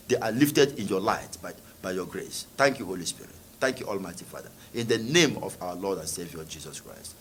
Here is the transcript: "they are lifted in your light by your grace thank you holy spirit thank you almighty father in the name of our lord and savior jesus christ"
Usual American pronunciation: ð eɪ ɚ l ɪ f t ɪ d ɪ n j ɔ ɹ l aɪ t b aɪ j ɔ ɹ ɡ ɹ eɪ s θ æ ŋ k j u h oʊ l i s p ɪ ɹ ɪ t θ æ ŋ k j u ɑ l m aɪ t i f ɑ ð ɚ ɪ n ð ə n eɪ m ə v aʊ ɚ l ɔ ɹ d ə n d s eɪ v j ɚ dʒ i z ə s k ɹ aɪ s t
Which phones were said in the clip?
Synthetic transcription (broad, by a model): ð eɪ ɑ l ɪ f t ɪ d ɪ n j ɔ l aɪ t b aɪ j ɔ ɡ ɹ eɪ s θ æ ŋ k j u h oʊ l i s p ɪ ɹ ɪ t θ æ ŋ k j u ɑ l m aɪ t i f ɑ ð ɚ ɪ n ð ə n eɪ m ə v aʊ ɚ l ɔ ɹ d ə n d s eɪ v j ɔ dʒ i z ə s k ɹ aɪ s t